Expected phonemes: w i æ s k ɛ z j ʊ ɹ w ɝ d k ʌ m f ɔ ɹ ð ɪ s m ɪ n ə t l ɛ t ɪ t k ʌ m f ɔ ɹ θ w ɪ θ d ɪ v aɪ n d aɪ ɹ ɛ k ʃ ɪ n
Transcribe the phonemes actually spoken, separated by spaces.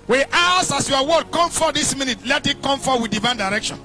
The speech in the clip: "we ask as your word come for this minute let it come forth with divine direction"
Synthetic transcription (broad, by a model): w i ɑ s ɑ s j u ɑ w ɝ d k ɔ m f ɔ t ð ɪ s m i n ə t l ɛ t ɪ t k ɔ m f ɔ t w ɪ d ɪ v aɪ n d aɪ ɹ ɛ k ʃ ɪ n